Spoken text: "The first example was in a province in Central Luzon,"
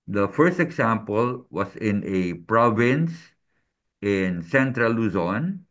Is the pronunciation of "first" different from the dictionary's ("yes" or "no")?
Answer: no